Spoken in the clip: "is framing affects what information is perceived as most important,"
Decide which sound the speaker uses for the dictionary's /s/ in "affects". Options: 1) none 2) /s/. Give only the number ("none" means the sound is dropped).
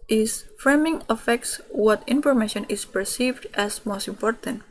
2